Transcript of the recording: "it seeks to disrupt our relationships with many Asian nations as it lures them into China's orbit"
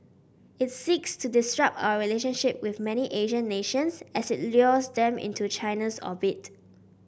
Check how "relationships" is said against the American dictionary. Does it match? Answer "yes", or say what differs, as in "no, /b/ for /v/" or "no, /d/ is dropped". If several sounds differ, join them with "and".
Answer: no, /s/ is dropped